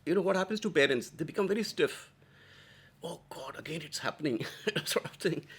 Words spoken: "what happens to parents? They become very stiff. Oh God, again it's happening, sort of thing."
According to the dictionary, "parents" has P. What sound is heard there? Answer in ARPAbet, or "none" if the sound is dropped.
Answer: B